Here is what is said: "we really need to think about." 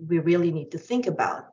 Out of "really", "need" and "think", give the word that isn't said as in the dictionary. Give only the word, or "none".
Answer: none